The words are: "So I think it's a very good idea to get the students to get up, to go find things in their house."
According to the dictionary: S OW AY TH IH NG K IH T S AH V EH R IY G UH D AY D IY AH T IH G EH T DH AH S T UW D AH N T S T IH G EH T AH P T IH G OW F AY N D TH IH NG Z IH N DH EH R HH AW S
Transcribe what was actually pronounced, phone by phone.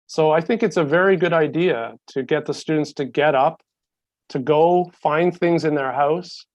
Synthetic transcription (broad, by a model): S OW AY TH IH NG K IH T S AH V EH R IY G UH D AY D IY AH T IH G EH T DH AH S T UW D N T S T IH G EH T AH P T IH G OW F AY N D TH IH NG Z IH N DH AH R HH AW S